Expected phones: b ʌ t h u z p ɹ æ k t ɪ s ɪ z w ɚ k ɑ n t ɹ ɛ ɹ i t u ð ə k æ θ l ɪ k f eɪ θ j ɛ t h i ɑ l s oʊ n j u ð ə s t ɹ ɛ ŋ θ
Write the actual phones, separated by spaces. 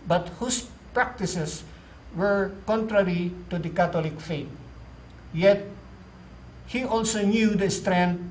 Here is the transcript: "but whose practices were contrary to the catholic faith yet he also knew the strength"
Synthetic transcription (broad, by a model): b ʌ t h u s p ɹ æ k t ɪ s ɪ s w ɚ k ɑ n t ɹ ɛ ɹ i t u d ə k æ t l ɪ k f eɪ t j ɛ t h i ɑ l s oʊ n j u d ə s t ɹ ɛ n